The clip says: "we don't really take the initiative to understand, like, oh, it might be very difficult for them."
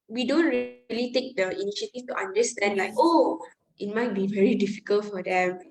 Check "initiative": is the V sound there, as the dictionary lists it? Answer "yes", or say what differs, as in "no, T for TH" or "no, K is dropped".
no, F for V